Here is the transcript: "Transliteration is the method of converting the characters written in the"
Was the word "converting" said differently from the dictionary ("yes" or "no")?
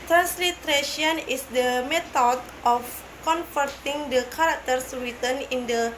yes